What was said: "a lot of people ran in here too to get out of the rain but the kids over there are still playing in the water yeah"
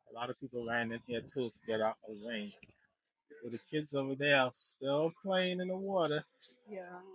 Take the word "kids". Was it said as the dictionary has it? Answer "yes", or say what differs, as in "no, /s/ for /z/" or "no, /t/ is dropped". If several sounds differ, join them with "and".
yes